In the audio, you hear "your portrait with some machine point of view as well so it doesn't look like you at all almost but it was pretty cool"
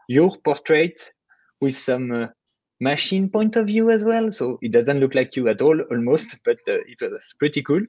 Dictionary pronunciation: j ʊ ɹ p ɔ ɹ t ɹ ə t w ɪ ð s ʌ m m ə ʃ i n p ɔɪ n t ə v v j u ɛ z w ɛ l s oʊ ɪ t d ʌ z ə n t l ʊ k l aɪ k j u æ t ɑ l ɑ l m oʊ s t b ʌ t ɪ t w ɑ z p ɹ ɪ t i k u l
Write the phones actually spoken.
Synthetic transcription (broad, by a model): j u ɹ p ɔ ɹ t ɹ ə t w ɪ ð s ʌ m m ə ʃ i n p ɔɪ n t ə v v j u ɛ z w ɛ l s oʊ ɪ t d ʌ z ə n t l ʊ k l aɪ k j u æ t ɑ l ɑ l m oʊ s t b ʌ t ɪ t w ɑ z p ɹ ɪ t i k u l